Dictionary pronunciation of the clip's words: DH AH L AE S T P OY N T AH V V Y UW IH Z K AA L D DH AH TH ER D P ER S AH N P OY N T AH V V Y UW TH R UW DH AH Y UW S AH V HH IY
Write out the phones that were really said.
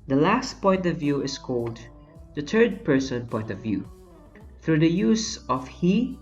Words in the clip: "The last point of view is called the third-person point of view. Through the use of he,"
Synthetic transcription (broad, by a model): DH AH L AE S T P OY N T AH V V Y UW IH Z K AA L D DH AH T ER D P ER S AH N P OY N T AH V V Y UW TH R UW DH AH Y UW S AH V HH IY